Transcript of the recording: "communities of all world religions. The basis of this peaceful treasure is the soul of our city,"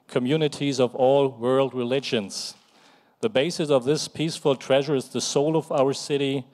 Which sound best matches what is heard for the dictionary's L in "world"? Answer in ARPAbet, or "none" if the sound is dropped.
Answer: L